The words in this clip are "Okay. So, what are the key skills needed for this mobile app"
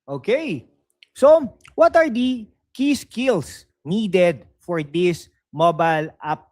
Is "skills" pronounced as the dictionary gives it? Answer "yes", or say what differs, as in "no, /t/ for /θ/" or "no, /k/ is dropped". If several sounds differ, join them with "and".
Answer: no, /s/ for /z/